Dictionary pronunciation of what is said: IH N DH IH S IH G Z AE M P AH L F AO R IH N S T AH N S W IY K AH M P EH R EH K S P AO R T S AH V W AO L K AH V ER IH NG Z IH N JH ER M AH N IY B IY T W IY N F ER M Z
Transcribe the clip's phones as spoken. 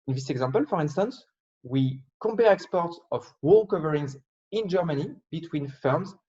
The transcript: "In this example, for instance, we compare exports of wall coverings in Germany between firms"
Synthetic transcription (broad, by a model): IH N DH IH S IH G Z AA M P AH L F AO R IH N S T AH N S W IY K AH M P EH R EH K S P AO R T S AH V W AO L K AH V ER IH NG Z IH N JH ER M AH N IY B IY T W IY N F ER M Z